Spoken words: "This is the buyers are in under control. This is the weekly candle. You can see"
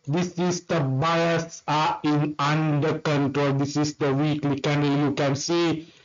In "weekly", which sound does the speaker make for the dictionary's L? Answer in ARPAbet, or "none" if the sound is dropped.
L